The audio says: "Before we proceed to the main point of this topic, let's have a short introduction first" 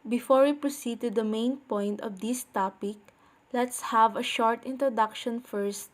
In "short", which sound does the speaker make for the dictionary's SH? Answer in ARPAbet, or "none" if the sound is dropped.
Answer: SH